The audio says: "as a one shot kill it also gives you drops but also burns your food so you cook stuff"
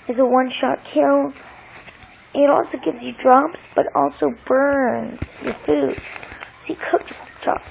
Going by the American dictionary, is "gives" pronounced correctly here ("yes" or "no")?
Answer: yes